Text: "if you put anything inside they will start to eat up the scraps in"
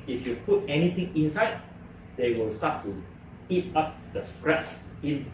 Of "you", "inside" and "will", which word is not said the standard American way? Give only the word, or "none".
none